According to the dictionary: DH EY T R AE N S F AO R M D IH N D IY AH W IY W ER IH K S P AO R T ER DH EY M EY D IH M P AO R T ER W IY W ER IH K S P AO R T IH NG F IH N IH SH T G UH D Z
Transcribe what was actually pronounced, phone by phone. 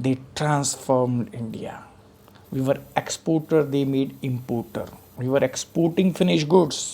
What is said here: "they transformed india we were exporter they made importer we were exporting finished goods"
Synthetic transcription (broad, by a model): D EY T R AE N S F AO R M D IH N D IY AH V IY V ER IH K S P AO R T ER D EY M EY D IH M P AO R T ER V IY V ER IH K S P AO R T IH NG F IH N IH SH G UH D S